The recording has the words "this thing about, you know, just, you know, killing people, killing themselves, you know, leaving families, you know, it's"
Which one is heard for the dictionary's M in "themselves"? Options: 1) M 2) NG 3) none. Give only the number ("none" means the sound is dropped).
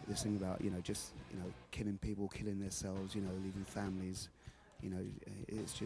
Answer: 3